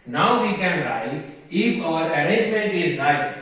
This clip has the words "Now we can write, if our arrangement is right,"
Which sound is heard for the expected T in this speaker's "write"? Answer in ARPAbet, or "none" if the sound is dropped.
none